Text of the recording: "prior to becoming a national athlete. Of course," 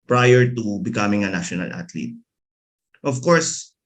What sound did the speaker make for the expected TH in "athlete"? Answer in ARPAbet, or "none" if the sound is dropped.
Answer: T